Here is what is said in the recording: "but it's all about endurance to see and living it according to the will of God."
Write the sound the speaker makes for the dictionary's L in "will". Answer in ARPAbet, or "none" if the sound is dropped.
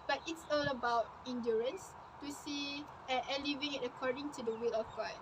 L